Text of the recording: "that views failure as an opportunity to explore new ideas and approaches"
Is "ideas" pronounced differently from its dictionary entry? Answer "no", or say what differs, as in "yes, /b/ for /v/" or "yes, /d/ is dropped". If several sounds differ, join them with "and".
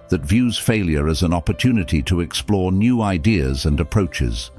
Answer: no